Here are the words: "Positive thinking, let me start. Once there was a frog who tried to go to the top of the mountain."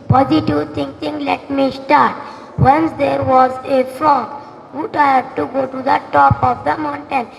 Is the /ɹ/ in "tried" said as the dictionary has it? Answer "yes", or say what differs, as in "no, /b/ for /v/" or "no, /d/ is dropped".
no, /ɹ/ is dropped